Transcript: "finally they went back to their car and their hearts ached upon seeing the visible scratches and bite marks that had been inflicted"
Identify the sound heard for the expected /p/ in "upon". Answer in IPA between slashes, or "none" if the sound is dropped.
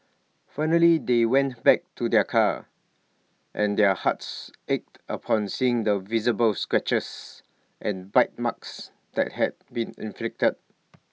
/p/